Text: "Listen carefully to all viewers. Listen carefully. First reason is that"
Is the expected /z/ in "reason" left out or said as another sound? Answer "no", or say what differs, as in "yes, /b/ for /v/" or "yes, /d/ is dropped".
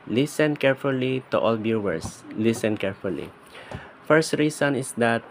yes, /s/ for /z/